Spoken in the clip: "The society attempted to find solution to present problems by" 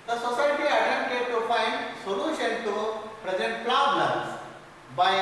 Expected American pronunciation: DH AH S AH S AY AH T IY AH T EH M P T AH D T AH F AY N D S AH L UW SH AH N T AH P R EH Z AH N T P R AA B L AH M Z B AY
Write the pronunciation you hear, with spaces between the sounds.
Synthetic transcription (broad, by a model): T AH S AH S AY T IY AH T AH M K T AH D T AH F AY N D S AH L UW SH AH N T AH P R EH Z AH N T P L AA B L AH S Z B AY